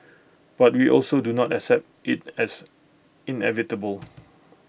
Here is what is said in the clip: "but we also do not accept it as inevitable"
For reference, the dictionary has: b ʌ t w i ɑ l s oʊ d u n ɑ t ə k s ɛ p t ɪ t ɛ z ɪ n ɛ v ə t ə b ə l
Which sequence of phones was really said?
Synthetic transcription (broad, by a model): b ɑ t w i ɑ l s oʊ d u n ɑ t ə k s ɛ p t ɪ t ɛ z ɪ n ɛ v ə t ə b ə l